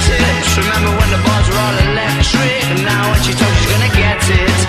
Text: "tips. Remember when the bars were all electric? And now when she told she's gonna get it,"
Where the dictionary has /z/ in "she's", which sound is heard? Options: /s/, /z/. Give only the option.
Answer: /z/